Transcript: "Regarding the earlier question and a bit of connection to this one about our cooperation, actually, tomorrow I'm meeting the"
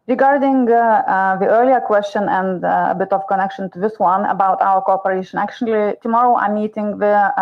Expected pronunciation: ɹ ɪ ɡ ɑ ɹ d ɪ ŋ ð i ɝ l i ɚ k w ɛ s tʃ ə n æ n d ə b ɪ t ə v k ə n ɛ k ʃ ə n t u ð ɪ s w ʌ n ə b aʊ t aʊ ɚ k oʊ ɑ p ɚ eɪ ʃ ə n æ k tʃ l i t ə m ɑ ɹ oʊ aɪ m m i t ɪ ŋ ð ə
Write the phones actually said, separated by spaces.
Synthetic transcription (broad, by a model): ɹ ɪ ɡ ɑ ɹ d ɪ ŋ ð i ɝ l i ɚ k w ɛ s tʃ ə n æ n d ə b ɪ t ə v k ə n ɛ k ʃ ə n t u ð ɪ s w ʌ n ə b aʊ t aʊ ɚ k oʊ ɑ p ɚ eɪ ʃ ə n æ k tʃ l i t ə m ɑ ɹ oʊ aɪ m m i t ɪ ŋ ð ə